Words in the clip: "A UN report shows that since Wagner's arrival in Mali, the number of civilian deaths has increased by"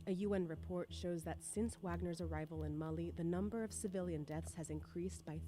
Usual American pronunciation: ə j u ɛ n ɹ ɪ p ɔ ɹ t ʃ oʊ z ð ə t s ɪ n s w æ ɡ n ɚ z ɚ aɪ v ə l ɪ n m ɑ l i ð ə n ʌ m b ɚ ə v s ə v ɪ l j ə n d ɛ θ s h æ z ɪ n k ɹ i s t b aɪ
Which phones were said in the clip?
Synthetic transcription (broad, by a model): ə j u ɛ n ɹ ɪ p ɔ ɹ t ʃ oʊ z ð ə t s ɪ n s w æ ɡ n ɚ z ɚ aɪ v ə l ɪ n m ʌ l i ð ə n ʌ m b ɚ ə v s ə v ɪ l j ə n d ɛ θ s h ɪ z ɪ n k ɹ i s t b aɪ